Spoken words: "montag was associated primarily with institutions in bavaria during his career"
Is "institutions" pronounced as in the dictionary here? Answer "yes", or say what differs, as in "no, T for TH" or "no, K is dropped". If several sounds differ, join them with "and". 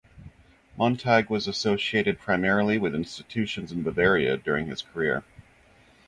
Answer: yes